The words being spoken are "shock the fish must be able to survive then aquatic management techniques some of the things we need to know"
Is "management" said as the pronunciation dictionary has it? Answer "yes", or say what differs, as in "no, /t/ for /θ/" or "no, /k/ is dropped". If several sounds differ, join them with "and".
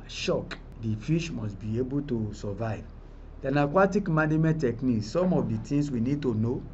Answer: no, /dʒ/ is dropped